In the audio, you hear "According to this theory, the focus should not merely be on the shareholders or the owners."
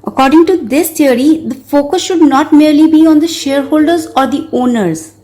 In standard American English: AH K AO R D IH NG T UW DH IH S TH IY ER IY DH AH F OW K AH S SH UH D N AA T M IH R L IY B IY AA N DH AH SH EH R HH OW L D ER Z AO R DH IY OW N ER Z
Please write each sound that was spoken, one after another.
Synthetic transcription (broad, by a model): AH K AO R D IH NG T UW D IH S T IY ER IY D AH F OW K AH S SH UH D N AA T M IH R L IY B IY AA N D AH SH EH R HH OW L D ER Z AO R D IY OW N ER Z